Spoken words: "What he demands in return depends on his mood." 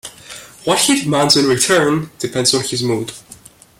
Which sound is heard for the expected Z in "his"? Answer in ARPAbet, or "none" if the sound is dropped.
Z